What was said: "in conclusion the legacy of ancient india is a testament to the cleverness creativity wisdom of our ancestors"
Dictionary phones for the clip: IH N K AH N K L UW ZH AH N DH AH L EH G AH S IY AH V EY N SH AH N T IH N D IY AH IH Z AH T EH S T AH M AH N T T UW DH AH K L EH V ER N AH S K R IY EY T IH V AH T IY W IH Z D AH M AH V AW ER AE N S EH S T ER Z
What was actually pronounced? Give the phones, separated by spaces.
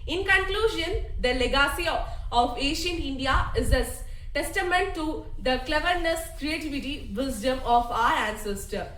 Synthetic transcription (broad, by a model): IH N K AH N K L UW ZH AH N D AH L EH G AH S IY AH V EY SH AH N IH N D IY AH IH Z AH T EH S T AH M AH N T T UW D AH K L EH V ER N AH S K R IY EY T IH V AH T IY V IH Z D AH M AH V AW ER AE N S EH S T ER